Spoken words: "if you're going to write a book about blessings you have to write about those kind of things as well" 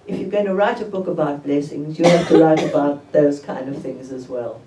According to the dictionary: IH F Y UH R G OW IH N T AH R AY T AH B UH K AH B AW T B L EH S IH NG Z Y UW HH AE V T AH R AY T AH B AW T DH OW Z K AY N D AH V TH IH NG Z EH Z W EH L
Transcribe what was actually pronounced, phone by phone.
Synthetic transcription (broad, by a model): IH F Y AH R G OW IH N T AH R AY T AH B UH K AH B AW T B L EH S IH NG Z Y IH HH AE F T AH R AY T AH B AW T DH OW Z K AY N D AH V TH IH NG Z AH Z W EH L